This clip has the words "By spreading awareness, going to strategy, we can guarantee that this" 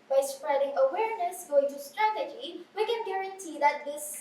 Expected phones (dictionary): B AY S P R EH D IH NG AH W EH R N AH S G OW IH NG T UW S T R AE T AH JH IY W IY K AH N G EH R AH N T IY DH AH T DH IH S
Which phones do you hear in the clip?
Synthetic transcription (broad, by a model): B AY S P R EH D IH NG AH W EH R N AH S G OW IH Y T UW S T R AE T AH JH IY W IY K AH N G EH R AH N T IY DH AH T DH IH S